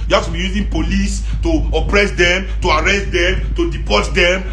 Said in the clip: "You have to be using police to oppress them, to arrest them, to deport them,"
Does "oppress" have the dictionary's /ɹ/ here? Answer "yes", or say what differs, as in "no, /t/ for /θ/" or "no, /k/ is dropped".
yes